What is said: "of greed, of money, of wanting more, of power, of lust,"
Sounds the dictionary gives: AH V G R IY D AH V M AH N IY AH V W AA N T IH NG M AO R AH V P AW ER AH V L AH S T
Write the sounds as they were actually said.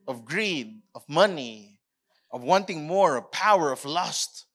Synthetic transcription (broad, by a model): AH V G R IY D AH V M AH N IY AH V W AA N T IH NG M AO R AH V P AW ER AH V L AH S T